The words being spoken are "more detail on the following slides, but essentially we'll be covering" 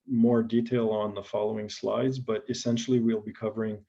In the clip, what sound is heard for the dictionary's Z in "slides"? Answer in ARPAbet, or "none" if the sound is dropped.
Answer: Z